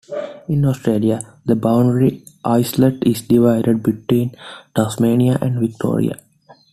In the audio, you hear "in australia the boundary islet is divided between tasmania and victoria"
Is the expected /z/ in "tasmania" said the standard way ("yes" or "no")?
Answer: no